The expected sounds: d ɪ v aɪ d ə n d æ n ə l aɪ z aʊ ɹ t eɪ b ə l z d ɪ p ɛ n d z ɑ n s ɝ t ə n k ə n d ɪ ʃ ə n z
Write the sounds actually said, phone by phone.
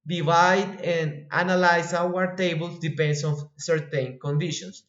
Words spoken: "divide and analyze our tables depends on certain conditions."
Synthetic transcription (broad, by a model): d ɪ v aɪ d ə n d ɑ n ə l aɪ s aʊ ɹ t eɪ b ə l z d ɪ p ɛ n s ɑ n s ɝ t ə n k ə n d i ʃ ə n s